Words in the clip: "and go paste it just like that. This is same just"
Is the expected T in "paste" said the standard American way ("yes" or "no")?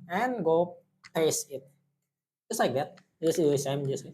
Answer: no